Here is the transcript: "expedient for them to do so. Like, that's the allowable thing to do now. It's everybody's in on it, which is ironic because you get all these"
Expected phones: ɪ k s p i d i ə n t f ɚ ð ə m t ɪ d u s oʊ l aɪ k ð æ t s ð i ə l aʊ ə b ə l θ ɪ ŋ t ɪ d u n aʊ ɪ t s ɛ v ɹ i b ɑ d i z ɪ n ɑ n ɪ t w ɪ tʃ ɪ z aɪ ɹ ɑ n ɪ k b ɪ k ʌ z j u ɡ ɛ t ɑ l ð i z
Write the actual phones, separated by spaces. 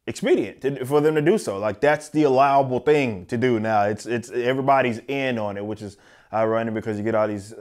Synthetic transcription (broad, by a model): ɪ k s p i d i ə n t f ɚ ð ə m t ɪ d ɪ s oʊ l aɪ k ð æ t s ð i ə l aʊ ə b l θ ɪ ŋ t ɪ d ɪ n aʊ ɪ t s ɛ v ɹ i b ɑ d i z ɪ n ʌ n ɪ t w ɪ tʃ ɪ z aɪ ɹ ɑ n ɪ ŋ b ɪ k ʌ z j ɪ ɡ ɛ t ɑ l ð i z